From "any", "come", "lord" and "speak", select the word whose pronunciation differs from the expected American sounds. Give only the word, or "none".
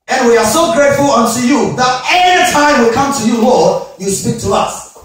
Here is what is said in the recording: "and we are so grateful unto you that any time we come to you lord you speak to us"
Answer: any